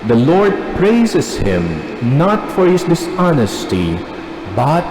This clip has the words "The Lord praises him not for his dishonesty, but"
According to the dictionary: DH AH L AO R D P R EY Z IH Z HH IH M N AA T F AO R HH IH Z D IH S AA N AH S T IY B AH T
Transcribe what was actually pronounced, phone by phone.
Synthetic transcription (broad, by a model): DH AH L AO R D P R EY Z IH S HH IH M N AA T F AO R HH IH S D IH S AA N AH S T IY B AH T